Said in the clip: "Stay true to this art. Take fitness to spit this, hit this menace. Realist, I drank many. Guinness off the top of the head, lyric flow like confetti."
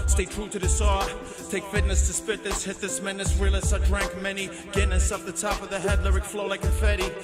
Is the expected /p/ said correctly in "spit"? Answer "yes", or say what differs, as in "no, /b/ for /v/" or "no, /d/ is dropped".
yes